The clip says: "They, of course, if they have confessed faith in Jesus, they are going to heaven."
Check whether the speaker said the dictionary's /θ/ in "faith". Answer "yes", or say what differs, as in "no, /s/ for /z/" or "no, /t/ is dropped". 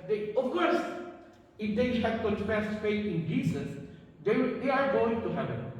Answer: no, /t/ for /θ/